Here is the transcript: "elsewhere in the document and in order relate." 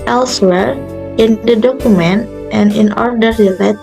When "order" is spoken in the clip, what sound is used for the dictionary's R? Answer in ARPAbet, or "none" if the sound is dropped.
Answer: R